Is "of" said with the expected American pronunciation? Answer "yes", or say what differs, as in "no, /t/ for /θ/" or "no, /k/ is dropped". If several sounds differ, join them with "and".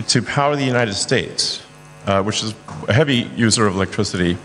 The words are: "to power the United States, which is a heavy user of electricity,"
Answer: yes